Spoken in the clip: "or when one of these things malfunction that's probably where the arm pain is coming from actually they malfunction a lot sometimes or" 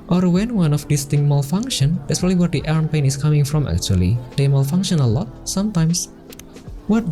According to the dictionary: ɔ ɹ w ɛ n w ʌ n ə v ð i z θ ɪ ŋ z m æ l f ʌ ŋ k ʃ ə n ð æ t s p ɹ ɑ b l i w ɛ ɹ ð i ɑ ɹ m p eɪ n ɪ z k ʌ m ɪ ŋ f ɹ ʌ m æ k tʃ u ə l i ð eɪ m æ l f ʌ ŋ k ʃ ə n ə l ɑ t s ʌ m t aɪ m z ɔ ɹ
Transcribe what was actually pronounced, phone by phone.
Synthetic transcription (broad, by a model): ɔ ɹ w ɛ n w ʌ n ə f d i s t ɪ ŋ m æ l f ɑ ŋ k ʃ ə n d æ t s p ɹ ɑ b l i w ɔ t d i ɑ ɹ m p eɪ n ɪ s k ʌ m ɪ ŋ f ɹ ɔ m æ k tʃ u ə l i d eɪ m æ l f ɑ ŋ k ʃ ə n ə l ɑ t s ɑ m t aɪ m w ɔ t